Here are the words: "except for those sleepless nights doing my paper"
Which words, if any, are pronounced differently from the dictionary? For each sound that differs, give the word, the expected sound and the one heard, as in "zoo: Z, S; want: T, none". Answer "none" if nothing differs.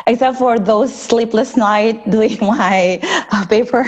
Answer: nights: S, none